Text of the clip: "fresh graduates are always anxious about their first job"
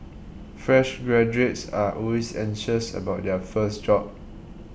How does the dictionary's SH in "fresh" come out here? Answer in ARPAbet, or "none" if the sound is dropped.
SH